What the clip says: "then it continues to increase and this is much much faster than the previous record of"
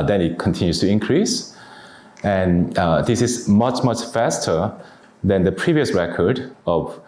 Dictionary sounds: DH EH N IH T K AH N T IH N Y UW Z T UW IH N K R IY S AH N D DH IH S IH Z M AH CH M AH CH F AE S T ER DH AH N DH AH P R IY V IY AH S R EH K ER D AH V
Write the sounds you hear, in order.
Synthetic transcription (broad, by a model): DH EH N IH T K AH N T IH N Y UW S T UW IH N K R IY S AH N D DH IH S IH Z M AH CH M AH CH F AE S T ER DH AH N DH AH P R IY V IY AH S R EH K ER D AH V